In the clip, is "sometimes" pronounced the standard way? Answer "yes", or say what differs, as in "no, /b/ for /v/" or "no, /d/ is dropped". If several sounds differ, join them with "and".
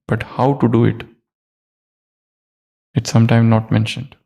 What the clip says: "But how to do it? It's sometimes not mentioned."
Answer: no, /z/ is dropped